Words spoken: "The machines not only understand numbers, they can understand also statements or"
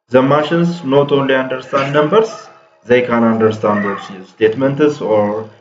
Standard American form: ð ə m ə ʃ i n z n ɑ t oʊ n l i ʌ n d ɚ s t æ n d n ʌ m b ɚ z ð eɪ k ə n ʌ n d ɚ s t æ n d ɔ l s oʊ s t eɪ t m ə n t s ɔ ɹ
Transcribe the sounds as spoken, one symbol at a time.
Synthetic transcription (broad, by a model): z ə m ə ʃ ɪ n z n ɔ t oʊ n l i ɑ n d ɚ s t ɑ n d n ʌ m b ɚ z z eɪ k ə n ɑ n d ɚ s t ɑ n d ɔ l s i s t eɪ t m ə n t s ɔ ɹ